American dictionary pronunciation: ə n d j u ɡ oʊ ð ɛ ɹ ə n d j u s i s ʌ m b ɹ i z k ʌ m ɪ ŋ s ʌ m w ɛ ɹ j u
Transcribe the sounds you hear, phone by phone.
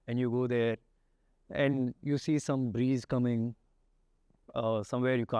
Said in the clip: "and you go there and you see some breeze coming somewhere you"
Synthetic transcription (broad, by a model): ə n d j u ɡ oʊ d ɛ ɹ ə n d j u s i s ʌ m b ɹ i z k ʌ m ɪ ŋ s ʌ m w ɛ ɹ j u